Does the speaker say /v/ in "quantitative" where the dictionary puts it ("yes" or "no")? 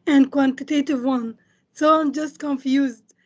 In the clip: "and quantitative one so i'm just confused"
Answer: yes